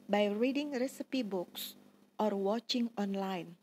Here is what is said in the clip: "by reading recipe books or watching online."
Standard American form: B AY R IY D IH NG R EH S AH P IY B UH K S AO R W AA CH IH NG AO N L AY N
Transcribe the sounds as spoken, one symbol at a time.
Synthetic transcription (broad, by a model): B AY R IY D IH NG R EH S AH P IY B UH K S AO R W AA CH IH NG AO N L AY N